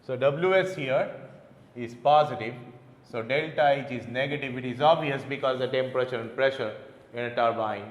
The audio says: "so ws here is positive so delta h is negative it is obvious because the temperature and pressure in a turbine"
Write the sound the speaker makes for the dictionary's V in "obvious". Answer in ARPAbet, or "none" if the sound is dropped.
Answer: none